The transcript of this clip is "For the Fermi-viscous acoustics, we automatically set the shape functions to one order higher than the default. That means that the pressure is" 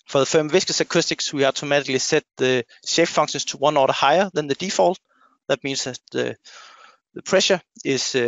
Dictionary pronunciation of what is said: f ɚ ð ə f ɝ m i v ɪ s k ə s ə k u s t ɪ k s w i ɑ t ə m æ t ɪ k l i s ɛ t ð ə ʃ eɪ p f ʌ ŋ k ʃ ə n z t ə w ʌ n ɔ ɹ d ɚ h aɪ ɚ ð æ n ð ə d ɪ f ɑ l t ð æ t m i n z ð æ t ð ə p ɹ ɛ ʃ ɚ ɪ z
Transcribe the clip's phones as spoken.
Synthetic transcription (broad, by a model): f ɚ ð ə f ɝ m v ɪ s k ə s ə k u s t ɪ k s w i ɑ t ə m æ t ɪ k l i s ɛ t ð ə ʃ eɪ f f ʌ ŋ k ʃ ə n s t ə w ʌ n ɔ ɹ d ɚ h aɪ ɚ ð æ n ð ə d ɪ f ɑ l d ð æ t m i n s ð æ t ð ə p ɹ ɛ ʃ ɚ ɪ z